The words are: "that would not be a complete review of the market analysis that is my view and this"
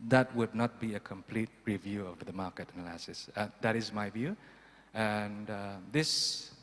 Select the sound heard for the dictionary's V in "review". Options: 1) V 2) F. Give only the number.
1